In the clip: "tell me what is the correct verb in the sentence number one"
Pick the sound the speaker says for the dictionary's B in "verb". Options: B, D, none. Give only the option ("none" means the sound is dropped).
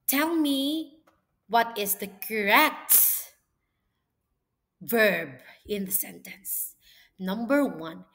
B